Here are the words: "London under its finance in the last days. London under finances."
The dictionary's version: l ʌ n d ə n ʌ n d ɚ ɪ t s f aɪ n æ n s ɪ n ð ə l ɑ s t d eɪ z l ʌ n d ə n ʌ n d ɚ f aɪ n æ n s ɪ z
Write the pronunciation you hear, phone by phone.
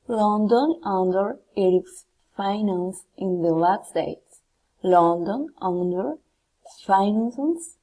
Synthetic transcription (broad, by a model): l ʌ n d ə n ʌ n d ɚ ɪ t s f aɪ n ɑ n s ɪ n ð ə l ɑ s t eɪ s l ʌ n d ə n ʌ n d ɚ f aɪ n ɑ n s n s